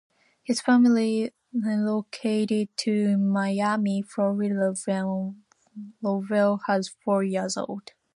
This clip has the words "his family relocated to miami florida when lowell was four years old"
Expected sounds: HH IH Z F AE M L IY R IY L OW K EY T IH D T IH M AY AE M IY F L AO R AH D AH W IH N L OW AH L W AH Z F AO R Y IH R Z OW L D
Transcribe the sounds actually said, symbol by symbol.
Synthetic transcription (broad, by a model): HH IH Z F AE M L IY IY L OW K EY T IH D T IH M AY AE M IY F AO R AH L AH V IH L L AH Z F AO R Y IH R Z OW L D